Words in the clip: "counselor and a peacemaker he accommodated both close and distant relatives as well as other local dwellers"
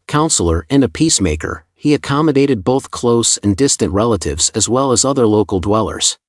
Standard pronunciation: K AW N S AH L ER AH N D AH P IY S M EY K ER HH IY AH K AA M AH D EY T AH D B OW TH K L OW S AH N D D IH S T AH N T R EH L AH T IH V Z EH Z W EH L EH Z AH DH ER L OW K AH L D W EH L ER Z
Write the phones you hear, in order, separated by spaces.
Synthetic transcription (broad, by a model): K AW N S L ER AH N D AH P IY S M EY K ER HH IY AH K AA M AH D EY T AH D B OW TH K L OW S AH N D D IH S T AH N T R EH L AH T IH V Z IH Z W EH L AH Z AH DH ER L OW K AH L D W EH L ER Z